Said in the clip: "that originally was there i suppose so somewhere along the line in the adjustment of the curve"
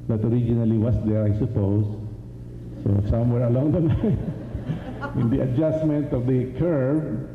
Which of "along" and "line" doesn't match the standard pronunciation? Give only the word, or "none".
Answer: line